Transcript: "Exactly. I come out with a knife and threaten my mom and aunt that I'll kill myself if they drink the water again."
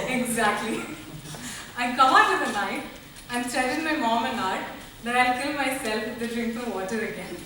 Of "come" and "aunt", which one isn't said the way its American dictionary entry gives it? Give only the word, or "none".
aunt